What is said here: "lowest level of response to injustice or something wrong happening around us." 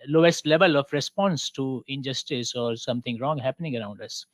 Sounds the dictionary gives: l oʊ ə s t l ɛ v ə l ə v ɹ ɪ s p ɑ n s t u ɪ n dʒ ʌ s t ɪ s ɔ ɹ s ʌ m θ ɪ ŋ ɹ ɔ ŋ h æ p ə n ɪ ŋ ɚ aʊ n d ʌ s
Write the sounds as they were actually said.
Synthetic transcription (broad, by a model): l oʊ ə s t l ɛ v ə l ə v ɹ ɪ s p ɑ n s t u ɪ n dʒ ʌ s t ɪ s ɔ ɹ s ʌ m t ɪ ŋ ɹ ɔ ŋ h æ p ə n ɪ ŋ ɚ aʊ n d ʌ s